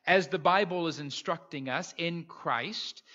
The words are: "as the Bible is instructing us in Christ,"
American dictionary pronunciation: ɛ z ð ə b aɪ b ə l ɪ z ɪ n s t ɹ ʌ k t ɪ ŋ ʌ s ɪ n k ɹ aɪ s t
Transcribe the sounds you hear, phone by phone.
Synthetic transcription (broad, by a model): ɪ z ð ə b aɪ b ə l ɪ z ɪ n s t ɹ ʌ k t ɪ ŋ ʌ s ɪ n k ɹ aɪ s t